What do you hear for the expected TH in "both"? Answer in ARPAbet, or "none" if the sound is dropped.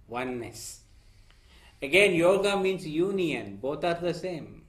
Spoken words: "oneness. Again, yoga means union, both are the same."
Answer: T